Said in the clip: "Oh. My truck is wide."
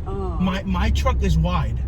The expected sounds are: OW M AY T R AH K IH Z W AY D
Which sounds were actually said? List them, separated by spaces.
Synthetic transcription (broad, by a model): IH M AY T R AH K IH Z W AY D